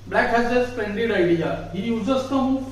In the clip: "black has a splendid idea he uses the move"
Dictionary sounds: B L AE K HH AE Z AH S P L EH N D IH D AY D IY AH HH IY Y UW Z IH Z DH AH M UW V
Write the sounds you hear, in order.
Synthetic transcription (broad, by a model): B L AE K HH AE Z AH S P EH N D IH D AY D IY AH HH IY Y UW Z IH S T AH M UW